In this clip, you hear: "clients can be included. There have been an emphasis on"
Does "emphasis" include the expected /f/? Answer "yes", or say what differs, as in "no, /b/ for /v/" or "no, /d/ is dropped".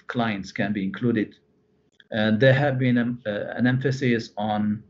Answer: yes